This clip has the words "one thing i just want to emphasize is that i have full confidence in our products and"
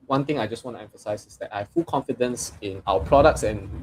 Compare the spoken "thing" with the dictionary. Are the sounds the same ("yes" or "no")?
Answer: no